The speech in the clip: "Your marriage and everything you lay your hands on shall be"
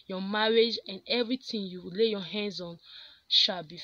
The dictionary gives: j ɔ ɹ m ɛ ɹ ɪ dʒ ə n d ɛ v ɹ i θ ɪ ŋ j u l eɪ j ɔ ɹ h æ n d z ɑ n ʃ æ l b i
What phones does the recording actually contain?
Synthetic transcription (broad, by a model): j ɔ m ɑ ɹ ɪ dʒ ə n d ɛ v ɹ i t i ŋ j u l eɪ j ɔ h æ n d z ɑ n ʃ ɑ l b i